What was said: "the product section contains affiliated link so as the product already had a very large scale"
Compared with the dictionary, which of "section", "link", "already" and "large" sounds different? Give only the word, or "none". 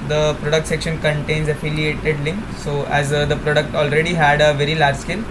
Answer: none